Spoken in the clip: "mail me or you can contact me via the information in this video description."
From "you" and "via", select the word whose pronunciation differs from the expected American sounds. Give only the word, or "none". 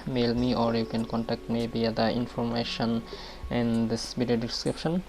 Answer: via